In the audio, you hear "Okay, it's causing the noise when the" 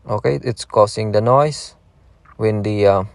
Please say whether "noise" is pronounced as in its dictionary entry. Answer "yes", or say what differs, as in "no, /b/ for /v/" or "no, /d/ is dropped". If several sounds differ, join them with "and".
no, /s/ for /z/